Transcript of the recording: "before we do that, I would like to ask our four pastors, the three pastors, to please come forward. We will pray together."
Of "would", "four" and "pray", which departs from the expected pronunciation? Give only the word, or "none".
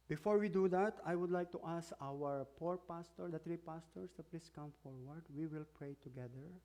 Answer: four